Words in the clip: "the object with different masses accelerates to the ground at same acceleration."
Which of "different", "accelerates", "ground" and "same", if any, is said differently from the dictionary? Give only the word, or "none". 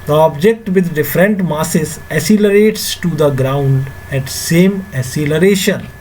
accelerates